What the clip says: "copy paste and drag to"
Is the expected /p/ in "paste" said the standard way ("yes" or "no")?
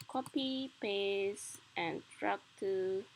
yes